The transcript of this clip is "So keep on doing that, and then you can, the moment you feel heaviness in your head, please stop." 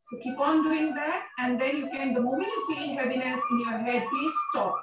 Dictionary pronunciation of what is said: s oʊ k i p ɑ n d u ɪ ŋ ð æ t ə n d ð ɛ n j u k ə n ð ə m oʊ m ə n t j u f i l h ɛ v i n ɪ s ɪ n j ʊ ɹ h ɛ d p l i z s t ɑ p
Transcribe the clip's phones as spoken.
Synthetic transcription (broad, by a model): s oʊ k i p ɑ n d u ɪ ŋ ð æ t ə n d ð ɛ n j u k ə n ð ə m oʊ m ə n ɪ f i n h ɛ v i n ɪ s ɪ n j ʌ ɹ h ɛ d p i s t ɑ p